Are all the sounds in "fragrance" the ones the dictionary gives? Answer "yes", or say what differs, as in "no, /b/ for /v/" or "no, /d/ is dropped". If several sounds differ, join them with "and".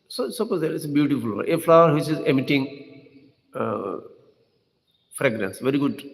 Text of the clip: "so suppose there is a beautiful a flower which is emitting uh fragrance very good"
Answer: yes